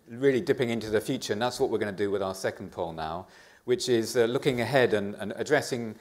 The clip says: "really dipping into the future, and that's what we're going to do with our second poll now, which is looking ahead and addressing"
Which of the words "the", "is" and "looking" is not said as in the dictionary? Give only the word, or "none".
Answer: none